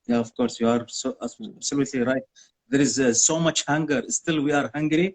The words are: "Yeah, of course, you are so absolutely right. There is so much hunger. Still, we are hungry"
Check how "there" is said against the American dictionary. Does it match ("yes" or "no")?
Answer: yes